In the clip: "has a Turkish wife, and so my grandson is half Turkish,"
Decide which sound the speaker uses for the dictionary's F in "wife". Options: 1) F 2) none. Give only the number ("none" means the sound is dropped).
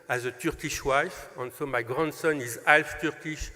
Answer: 1